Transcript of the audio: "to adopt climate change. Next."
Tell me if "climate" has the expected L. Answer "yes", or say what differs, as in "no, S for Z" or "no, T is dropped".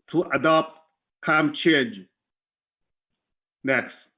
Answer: no, L is dropped